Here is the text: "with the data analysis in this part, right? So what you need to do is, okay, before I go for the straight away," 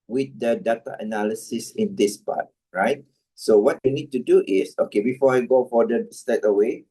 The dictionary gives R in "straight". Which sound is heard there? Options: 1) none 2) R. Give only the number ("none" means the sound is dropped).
1